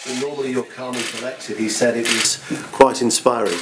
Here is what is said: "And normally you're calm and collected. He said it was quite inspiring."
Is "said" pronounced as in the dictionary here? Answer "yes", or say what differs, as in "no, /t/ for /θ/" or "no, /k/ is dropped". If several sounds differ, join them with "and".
yes